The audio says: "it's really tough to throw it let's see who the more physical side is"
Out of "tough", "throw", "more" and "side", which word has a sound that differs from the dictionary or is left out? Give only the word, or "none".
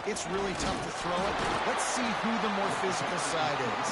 none